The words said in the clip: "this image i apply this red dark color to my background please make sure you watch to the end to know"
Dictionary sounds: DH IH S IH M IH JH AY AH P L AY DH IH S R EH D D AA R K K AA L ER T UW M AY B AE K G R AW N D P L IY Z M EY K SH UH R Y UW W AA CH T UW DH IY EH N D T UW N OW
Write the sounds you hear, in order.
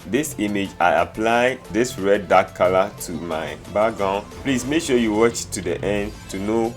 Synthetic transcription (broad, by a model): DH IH S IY M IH JH AY AH P L AY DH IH S R EH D D AA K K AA L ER T UW M AY B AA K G AW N P L IY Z M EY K SH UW Y UW W AA CH T UW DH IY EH N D T UW N OW